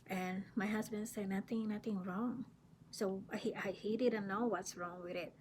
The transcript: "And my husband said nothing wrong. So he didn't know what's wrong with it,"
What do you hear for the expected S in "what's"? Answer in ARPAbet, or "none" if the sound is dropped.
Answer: S